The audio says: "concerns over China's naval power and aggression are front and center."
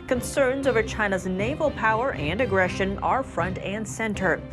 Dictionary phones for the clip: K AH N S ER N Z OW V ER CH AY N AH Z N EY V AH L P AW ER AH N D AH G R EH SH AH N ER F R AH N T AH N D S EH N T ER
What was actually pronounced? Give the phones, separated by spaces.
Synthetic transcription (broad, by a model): K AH N S ER N Z OW V ER CH AY N AH Z N EY V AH L P AW ER AH N D AH G R EH SH AH N ER F R AH N T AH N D S EH N T ER